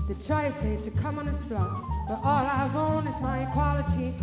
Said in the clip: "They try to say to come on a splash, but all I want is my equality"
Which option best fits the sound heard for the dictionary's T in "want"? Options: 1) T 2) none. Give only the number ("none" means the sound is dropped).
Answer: 2